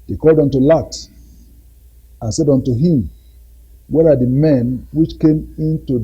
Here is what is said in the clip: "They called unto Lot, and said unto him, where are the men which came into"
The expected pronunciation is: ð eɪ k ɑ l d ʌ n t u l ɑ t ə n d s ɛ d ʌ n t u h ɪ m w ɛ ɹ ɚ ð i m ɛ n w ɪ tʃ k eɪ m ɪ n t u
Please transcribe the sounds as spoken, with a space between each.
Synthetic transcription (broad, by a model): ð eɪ k ɑ l d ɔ n t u l ɑ t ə n s ɛ d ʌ n t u h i m w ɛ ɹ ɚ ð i m ɛ n w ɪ tʃ k eɪ m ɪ n t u